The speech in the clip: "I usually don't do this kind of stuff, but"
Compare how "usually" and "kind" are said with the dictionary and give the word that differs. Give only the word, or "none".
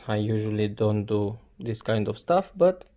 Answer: none